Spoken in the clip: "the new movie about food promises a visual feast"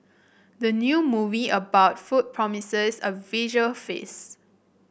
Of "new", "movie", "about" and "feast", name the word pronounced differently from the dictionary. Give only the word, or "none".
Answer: feast